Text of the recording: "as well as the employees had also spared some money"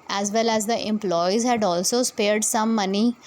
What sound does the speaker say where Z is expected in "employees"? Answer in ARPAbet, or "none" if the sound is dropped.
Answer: Z